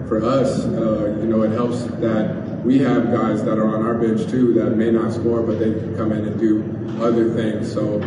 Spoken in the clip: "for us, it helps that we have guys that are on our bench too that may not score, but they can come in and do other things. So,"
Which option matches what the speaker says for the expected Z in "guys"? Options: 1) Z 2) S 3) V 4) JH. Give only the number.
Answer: 1